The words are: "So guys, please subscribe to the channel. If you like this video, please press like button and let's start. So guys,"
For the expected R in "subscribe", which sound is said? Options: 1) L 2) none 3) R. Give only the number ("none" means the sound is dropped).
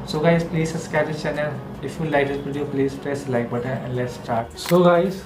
2